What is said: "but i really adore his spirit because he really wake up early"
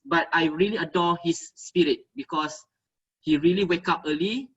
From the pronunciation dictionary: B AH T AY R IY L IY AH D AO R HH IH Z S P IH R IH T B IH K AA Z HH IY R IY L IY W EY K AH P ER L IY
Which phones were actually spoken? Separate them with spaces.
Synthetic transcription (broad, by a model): B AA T AY R IY L IY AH D AO HH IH S P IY R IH T B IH K AA S HH IY R IY L IY W EY K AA P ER L IY